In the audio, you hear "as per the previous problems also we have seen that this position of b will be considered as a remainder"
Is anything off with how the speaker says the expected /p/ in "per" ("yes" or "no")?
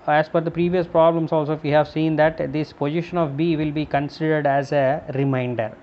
yes